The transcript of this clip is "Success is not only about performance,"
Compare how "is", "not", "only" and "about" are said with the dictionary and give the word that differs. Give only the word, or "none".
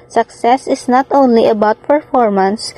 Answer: is